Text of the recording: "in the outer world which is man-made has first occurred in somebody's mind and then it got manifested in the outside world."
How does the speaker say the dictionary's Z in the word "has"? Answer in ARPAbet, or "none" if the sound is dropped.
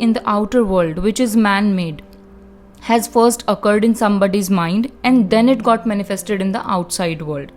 Z